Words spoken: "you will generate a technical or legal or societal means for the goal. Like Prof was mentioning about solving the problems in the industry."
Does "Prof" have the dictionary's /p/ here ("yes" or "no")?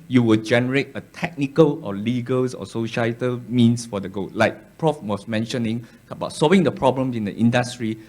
yes